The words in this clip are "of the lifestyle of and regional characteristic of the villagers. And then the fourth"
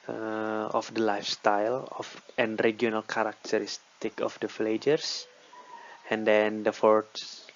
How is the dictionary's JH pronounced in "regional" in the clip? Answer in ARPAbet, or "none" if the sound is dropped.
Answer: none